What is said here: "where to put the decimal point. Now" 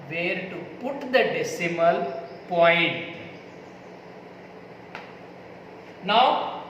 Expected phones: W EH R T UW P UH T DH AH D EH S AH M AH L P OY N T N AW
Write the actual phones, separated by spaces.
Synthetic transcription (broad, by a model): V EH R T UW P UH T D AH D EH S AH M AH L P OY N T N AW